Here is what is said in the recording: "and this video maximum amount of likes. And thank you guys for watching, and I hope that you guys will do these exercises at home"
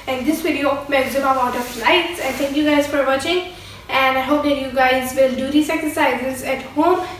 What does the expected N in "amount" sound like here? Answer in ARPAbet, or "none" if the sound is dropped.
none